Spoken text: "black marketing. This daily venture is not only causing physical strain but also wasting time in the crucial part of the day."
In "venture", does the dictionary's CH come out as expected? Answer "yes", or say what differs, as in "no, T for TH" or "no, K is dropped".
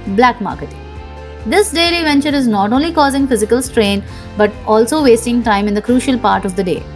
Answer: yes